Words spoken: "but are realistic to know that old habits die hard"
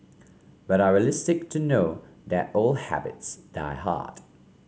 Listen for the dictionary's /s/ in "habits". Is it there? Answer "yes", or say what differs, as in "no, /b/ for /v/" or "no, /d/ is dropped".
yes